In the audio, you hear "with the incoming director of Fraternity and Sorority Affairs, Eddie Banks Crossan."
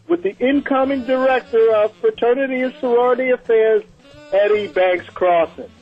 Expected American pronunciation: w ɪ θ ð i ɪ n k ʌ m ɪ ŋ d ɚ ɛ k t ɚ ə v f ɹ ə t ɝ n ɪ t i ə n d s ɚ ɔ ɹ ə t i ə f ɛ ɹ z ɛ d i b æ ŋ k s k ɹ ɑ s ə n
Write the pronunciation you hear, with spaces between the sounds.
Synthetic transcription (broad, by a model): w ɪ ð i ɪ n k ʌ m ɪ ŋ d ɚ ɛ k t ɚ ə v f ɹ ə t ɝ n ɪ t i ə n s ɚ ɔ ɹ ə t i ə f ɛ ɹ z ɛ d i b æ ŋ k s k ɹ ɑ s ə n